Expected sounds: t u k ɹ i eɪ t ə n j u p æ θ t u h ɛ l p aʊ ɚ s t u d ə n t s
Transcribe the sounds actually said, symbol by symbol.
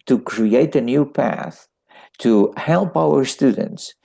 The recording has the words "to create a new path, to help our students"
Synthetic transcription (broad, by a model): t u k ɹ i eɪ t ə n j u p æ θ t u h ɛ l p aʊ ɚ s t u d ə n t s